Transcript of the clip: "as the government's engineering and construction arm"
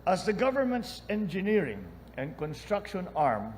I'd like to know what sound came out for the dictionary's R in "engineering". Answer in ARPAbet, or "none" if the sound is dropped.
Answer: R